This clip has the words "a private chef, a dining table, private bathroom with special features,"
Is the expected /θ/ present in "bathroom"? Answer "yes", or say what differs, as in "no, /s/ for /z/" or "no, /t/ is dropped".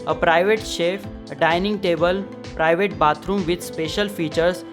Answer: no, /t/ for /θ/